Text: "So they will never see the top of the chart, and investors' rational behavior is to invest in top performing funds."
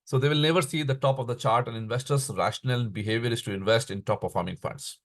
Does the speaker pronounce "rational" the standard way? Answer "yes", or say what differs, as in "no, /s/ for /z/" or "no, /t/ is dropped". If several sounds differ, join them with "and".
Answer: yes